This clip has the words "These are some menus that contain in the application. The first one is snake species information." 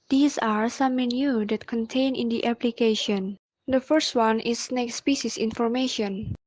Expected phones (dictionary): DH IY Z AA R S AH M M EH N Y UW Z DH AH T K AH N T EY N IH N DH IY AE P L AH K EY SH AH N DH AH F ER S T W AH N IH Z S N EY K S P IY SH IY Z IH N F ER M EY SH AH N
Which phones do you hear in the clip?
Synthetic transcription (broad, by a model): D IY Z AA R S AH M M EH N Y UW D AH T K AH N T EY N IH N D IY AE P L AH K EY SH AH N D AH F ER S T W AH N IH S N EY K S P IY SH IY S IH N F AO M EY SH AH N